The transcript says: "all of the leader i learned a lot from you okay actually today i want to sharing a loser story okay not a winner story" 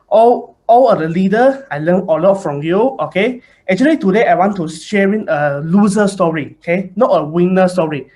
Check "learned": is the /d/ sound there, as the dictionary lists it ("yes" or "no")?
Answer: no